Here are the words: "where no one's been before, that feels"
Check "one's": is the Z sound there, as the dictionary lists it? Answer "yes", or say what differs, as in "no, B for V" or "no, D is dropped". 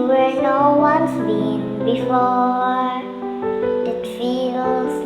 no, S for Z